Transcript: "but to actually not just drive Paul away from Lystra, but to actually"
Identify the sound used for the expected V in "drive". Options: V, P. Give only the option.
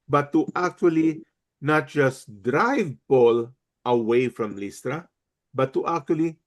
V